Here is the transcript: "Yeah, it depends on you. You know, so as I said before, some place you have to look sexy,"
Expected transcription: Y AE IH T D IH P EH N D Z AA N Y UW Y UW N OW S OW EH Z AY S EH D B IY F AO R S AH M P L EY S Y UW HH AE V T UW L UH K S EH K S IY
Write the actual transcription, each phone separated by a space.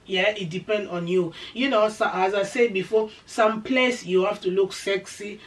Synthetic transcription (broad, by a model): Y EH IH T D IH P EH N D AA N Y UW Y UW N OW S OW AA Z AY S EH B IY F AO S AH M P L EY S Y UW HH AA F T UW L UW K S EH K S IY